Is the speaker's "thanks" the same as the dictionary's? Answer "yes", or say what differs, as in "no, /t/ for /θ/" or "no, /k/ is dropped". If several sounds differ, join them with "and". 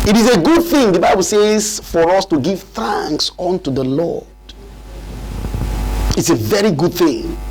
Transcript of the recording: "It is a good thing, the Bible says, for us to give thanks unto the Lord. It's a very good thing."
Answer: yes